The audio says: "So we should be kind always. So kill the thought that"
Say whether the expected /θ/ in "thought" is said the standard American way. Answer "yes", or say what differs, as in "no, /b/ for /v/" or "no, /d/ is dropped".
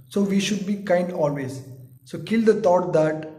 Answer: no, /t/ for /θ/